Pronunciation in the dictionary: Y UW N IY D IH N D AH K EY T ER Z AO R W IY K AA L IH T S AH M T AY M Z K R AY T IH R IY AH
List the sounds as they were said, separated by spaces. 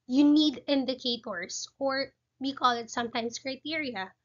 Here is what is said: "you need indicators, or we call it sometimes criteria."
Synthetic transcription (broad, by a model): Y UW N IY D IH N D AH K EY T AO S AO R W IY K AA L IH T S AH M T AY M S K R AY T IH R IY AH